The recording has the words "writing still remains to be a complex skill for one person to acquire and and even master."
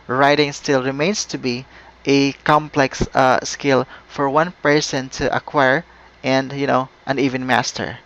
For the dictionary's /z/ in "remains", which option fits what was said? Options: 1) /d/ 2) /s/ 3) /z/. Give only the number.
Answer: 2